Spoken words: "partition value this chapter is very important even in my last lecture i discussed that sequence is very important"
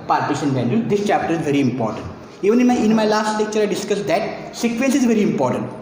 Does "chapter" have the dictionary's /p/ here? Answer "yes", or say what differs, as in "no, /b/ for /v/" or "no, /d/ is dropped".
yes